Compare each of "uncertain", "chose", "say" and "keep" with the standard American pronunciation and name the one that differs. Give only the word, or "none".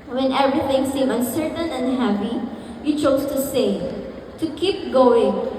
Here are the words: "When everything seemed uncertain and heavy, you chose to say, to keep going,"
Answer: chose